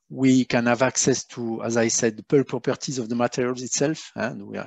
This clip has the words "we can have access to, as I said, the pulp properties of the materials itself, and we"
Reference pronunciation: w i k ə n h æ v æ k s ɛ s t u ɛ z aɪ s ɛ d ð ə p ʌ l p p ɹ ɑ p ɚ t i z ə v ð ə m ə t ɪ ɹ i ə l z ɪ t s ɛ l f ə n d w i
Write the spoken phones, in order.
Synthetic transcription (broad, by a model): w i k ə n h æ v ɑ k s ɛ s t u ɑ z aɪ s ɛ d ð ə p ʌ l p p ɛ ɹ t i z ə v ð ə m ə t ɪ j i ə l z ɪ t s ɛ l f ə n d w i